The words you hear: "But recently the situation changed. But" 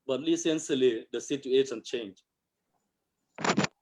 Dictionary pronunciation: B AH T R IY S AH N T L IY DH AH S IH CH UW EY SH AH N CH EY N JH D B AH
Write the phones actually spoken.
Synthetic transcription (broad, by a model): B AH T L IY S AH N S L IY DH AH S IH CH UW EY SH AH N CH EY N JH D